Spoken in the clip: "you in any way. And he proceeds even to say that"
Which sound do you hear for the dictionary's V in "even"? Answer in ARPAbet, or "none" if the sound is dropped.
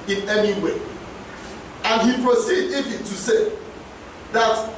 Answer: F